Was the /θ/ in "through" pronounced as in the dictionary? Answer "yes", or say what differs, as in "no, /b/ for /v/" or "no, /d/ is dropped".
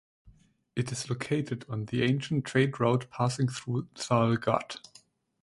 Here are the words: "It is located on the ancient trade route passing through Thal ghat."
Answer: yes